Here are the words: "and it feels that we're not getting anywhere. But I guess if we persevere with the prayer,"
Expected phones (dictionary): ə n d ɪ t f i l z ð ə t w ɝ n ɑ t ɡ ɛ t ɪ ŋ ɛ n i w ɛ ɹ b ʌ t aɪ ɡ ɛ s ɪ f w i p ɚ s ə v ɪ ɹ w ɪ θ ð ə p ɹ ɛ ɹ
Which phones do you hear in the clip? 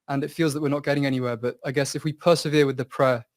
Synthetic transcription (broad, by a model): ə n ɪ t f i l z ð ə t w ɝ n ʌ t ɡ ɛ t ɪ ŋ ɛ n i w ɛ b ʌ t aɪ ɡ ɛ s ɪ f w i p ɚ s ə v ɪ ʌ w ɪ ð ə p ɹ ɛ